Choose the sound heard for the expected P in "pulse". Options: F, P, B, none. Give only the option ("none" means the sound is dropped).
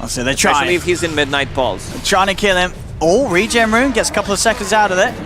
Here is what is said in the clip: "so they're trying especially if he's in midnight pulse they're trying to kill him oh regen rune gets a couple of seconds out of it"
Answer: B